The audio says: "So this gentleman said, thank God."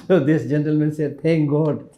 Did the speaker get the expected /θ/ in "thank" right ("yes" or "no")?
no